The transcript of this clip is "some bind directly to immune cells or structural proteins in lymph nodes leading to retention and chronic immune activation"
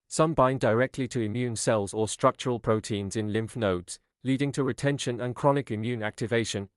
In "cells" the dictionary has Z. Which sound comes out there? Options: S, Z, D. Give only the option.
Z